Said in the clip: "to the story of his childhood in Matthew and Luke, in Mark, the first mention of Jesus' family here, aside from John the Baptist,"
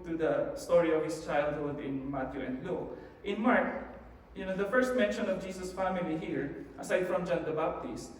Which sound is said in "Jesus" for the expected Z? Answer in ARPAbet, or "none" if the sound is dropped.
S